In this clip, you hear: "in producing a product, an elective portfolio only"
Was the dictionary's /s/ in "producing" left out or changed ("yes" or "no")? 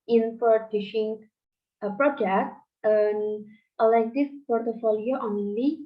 yes